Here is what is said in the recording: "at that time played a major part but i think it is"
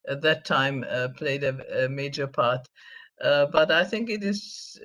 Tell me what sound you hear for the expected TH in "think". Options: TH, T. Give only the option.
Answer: TH